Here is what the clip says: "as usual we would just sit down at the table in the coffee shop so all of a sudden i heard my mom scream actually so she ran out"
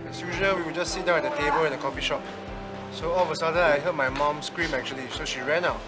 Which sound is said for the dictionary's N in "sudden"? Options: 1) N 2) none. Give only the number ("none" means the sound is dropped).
2